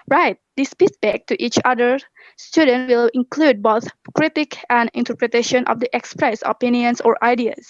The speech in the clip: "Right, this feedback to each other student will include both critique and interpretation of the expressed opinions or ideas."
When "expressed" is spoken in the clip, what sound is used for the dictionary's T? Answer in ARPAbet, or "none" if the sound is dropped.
none